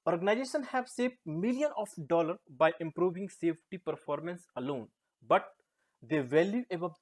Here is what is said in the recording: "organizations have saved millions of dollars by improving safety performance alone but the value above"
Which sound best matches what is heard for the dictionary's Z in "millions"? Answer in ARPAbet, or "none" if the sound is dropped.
none